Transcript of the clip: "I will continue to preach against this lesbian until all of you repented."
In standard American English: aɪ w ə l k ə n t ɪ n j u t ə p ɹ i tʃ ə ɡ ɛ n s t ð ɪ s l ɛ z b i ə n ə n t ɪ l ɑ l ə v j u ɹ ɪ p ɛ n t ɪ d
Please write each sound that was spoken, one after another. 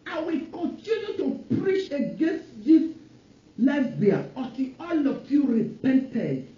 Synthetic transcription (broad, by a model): aɪ w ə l k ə n t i n j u t ə p ɹ i tʃ ə ɡ ɛ n s t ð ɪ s l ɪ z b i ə ə t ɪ ɑ l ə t j u ɹ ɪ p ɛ n t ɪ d